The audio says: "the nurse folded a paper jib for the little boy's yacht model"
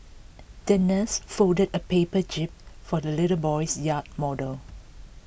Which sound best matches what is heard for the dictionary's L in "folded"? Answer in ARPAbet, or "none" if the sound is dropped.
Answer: none